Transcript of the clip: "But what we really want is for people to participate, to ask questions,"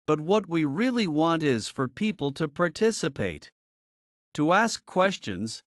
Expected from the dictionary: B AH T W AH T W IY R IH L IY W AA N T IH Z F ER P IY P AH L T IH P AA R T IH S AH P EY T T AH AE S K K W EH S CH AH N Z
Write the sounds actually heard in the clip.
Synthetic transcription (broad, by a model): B AH T W AH T W IY R IH L IY W AA N T IH Z F ER P IY P L T IH P AA R T IH S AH P EY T T AH AE S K K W EH S CH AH N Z